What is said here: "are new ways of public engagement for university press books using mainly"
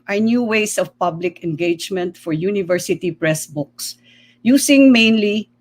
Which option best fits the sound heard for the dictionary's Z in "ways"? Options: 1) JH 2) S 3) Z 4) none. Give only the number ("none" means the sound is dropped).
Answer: 2